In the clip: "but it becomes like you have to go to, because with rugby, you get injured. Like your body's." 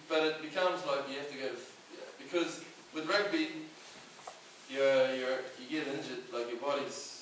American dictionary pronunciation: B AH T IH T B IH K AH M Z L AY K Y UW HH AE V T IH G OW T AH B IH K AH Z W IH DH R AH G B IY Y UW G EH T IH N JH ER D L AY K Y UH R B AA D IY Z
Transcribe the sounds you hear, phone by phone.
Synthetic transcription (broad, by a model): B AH T IH T B IH K AH M Z L AY K Y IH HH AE F T IH G OW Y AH B IH K AH Z W IH DH R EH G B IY Y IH G EH T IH N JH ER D L AY K Y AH R B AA D IY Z